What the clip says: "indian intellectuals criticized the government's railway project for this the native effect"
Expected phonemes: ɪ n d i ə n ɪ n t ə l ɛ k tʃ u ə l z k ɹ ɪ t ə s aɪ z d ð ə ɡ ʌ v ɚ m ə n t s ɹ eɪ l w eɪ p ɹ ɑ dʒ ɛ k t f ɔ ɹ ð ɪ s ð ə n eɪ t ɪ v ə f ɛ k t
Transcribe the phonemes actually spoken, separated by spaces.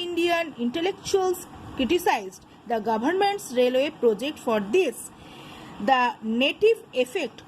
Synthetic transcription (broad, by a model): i n d i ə n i n t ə l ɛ k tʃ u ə l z k ɹ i t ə s aɪ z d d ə ɡ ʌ b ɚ m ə n t s ɹ eɪ l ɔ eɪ p ɹ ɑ dʒ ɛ k t f ɔ ɹ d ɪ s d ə n eɪ t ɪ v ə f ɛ k t